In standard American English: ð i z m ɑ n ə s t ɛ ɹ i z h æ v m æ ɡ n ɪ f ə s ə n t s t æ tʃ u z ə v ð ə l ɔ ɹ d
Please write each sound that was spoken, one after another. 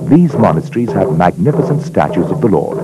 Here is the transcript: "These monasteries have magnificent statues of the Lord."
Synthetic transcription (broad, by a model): ð i z m ɑ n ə s t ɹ i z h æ v m æ ɡ n ɪ f ə s ə n t s t æ tʃ u z ə v ð ə l ɔ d